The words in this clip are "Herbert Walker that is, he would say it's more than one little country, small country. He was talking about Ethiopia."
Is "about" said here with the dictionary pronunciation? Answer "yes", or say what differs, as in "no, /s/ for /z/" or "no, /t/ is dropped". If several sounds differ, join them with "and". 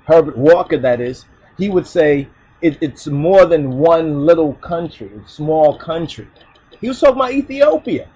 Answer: no, /b/ is dropped and /t/ is dropped